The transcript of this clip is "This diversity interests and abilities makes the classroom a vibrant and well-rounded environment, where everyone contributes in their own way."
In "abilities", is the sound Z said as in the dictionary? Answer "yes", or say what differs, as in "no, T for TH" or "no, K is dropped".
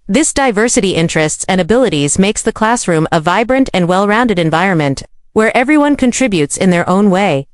yes